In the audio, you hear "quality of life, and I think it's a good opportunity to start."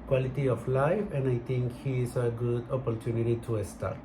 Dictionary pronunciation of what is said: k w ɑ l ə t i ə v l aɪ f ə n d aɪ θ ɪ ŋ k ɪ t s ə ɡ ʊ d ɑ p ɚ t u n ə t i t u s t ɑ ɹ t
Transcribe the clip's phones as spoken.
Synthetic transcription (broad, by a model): k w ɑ l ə t i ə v l aɪ f ə n d aɪ t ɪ ŋ k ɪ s ə ɡ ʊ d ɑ p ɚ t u n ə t i t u s t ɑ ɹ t